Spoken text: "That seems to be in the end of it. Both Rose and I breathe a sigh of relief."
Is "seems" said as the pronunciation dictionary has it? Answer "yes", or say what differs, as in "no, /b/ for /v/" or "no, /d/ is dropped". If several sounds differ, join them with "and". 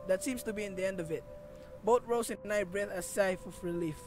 no, /s/ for /z/